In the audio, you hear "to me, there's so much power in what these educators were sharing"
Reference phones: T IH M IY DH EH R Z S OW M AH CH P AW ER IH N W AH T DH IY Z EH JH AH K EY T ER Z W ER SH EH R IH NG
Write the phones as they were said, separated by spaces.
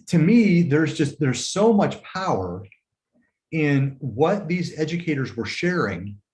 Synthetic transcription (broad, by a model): T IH M IY DH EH R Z S OW M AH CH P AW ER IH N W AH T DH IY Z EH JH AH K EY T ER Z W ER SH EH R IH NG